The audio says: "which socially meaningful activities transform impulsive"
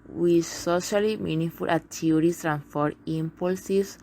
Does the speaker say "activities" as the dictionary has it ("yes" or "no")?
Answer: no